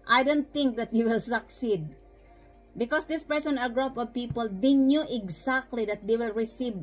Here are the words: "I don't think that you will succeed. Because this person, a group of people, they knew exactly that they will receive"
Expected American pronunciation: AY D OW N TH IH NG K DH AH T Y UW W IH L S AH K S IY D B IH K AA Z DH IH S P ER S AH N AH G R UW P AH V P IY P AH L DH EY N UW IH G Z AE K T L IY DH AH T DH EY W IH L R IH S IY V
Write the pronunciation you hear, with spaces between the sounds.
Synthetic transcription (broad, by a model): AY D OW N T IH NG K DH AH T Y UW W IH L S AH K S IY D B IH K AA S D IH S P ER S AH N AH G R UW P AH V P IY P AH L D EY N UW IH G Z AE K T L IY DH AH T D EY W IH L R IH S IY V